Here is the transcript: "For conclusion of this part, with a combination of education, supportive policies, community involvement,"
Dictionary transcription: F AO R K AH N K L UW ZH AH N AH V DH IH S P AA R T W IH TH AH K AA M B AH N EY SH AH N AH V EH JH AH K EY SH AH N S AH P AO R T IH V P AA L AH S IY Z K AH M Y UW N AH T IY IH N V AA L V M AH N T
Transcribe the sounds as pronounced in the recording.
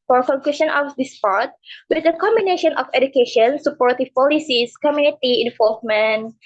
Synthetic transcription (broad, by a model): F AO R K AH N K UW SH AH N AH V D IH S P AA R T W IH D AH K AA M B AH N EY SH AH N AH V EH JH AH K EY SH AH N S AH P AO R T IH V P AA L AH S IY S K AH M Y UW N AH T IY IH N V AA L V M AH N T